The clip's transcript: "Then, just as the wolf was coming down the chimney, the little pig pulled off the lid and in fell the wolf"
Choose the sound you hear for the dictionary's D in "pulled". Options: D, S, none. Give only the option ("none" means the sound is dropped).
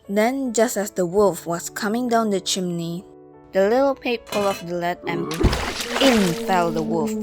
none